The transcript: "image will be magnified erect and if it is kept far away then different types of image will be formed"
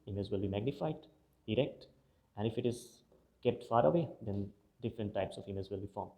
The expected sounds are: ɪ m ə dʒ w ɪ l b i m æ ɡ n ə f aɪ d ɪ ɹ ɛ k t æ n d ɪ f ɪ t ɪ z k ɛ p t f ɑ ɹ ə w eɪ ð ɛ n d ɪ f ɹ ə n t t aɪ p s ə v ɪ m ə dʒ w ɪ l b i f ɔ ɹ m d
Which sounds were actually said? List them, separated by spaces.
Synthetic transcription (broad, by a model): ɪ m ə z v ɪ l b i m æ ɡ n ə f aɪ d ɪ ɹ ɛ k t æ n d ɪ f ɪ t ɪ z k ɛ p t f ɑ ɹ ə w eɪ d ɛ n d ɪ f ɹ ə n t t aɪ p s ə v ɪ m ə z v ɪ l b i f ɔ ɹ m